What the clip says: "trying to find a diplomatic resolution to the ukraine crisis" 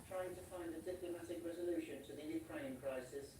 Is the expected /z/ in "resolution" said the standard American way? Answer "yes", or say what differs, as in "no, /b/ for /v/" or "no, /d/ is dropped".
yes